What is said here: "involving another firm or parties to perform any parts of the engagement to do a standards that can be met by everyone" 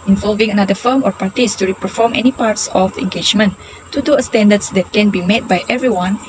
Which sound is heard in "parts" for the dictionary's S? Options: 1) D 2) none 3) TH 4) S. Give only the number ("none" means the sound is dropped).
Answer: 4